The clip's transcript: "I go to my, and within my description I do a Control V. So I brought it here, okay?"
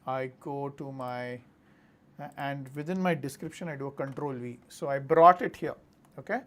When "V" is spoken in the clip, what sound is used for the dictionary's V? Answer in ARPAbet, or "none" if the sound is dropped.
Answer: V